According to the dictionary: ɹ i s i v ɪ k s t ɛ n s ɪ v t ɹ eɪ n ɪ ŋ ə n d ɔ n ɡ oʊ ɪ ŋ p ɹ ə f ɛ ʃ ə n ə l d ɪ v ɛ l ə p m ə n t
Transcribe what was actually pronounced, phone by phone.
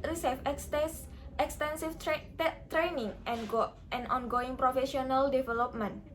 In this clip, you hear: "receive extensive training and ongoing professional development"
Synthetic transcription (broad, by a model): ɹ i s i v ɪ k s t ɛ n s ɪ f t ɹ eɪ n ɪ ŋ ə n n ɔ n ɡ oʊ ɪ ŋ p ɹ ə f ɛ ʃ ə n ə l d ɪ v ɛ l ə p m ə n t